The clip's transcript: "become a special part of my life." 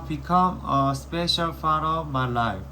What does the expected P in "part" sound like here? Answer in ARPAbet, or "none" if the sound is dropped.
F